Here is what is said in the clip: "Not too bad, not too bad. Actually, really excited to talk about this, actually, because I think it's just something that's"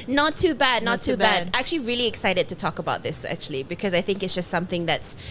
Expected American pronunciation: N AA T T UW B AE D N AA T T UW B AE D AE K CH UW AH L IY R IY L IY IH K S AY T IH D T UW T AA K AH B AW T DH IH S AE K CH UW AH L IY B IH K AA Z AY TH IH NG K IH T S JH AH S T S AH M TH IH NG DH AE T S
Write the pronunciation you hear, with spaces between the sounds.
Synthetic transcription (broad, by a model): N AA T T UW B AE D N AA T T UW B AE D AE K CH UW AH L IY R IY L IY IH K S AY T IH D T UW T AA K AH B AW T DH IH S AE K CH UW AH L IY B IH K AA Z AY TH IH NG K IH T S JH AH S T S AH M TH IH NG DH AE T S